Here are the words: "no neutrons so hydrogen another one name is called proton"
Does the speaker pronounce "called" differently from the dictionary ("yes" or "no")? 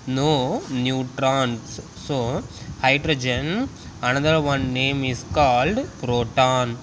no